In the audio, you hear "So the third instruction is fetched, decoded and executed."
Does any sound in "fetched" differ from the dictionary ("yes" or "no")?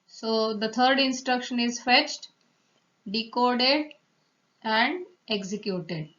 no